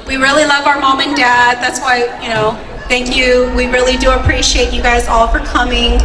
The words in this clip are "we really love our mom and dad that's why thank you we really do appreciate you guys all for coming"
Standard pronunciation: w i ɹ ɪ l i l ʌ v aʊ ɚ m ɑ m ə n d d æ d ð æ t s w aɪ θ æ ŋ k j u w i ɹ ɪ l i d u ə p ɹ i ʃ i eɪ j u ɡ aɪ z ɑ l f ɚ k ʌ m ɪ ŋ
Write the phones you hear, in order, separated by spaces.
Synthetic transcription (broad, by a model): w i ɹ ɪ l i l ʌ v aʊ ɚ m ɑ m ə n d d æ d ð æ t s w aɪ θ æ ŋ k j u w i ɹ ɪ l i d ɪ ə p ɹ i ʃ i eɪ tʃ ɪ ɡ aɪ z ɑ l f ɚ k ʌ m ɪ ŋ